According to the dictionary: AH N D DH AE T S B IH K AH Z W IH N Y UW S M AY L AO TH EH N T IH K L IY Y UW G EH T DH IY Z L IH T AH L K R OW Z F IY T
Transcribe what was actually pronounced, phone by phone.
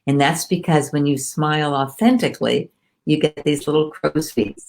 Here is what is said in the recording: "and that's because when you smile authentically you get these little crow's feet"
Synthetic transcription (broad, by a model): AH N DH AE T S B IH K AH Z W IH N Y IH S M AY L AO TH EH N T IH K L IY Y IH G EH T DH IY Z L IH T L K R OW Z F IY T